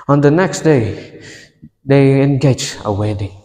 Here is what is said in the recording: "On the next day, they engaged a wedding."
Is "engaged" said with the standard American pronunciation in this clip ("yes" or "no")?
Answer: no